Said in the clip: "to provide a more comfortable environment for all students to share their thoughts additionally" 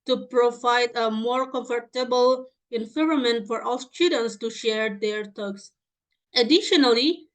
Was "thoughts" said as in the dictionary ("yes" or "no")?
no